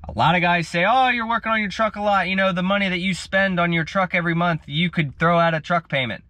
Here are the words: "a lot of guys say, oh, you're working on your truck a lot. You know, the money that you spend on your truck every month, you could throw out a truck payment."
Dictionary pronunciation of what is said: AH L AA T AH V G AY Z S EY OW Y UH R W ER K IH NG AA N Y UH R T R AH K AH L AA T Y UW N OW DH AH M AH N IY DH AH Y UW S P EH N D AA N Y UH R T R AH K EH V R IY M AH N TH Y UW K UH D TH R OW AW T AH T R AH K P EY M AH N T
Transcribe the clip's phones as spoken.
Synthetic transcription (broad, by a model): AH L AA T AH G AY Z S EY OW Y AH R W ER K IH NG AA N Y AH R T R AH K AH L AA T Y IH N OW DH AH M AH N IY DH AH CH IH S P EH N D N Y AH R T R AH K EH V R IY M AH N TH Y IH K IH D TH R OW AW T AH T R AH K P EY M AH N T